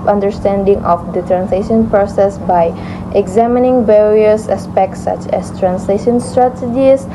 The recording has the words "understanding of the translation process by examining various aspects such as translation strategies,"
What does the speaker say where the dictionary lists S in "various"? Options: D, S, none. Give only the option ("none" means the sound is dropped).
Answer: S